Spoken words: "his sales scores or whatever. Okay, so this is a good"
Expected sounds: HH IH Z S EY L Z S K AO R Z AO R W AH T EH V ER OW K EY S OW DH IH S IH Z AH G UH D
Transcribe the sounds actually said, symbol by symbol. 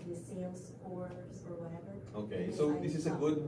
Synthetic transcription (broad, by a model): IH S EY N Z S AO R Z AO R W AH T EH V ER OW K EY S OW DH IH S IH Z AH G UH D